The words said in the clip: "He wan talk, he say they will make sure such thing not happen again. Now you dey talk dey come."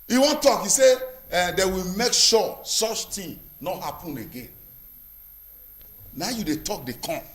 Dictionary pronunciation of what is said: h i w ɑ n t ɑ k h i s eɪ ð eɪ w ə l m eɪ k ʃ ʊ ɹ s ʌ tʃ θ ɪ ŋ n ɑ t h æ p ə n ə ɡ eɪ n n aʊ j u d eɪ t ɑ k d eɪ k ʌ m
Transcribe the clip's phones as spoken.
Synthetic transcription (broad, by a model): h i w ɑ n t ɑ k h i s eɪ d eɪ w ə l m eɪ k ʃ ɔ s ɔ tʃ t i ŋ n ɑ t h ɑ p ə n ə ɡ eɪ n n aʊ j u d eɪ t ɑ k d eɪ k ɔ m